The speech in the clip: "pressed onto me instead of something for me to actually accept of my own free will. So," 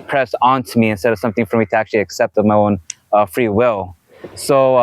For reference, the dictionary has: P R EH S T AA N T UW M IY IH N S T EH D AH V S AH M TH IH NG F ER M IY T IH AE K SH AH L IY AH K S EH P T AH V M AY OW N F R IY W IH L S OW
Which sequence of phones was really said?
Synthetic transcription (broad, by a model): P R EH S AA N T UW M IY IH N S T EH D AH V S AH M TH IH NG F ER M IY T IH AE K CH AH L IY AH K S EH P T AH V M AY OW N F R IY W IH L S OW